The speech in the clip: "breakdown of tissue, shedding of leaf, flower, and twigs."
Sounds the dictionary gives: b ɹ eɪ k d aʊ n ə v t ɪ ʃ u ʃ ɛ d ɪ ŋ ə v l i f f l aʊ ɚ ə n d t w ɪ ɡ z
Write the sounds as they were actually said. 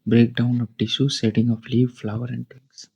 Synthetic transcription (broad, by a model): b ɹ eɪ k d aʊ n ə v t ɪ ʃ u s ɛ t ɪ ŋ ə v l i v f l aʊ ɚ ə n d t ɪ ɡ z